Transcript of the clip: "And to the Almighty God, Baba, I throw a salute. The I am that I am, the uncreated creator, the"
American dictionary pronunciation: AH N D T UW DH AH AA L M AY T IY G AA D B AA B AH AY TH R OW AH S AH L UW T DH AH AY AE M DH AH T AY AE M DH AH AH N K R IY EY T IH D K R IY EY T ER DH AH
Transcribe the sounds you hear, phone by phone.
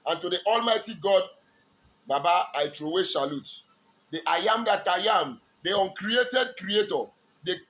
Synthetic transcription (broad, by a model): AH N T UW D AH AA L M AY T IY G AA D B AA B AH AY T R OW AH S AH L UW T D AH AY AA M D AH T AY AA M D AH AH N K R IY EY T IH D K R IY EY T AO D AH